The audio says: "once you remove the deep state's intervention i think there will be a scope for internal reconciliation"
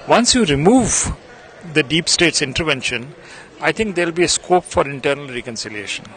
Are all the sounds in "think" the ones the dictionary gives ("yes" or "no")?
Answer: no